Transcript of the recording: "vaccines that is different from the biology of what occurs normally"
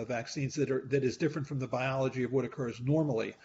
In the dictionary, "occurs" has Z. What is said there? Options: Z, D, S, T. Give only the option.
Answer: Z